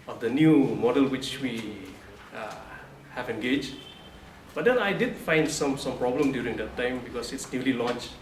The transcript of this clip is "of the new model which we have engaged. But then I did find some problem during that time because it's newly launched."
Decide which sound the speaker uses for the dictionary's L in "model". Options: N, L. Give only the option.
L